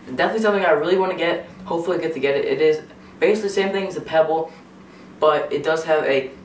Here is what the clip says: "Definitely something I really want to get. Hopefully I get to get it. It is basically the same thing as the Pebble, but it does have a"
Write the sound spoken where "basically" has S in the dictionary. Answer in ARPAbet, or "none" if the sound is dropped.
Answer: none